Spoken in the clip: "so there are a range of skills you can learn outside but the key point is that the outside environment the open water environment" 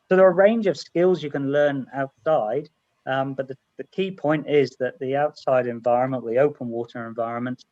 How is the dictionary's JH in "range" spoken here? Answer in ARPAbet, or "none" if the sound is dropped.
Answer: JH